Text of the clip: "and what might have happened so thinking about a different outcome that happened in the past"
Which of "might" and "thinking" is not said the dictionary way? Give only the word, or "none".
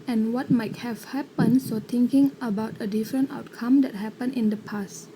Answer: thinking